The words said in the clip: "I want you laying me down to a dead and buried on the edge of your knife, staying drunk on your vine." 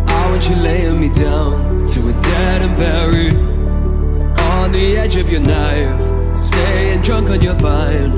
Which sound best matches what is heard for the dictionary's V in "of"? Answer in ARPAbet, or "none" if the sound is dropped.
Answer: V